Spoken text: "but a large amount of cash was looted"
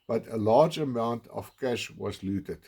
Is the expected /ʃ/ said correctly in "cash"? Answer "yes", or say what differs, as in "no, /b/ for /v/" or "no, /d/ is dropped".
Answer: yes